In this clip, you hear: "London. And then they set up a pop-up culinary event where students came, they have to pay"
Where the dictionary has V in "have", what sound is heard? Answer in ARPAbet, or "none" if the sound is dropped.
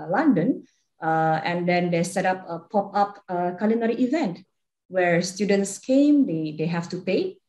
F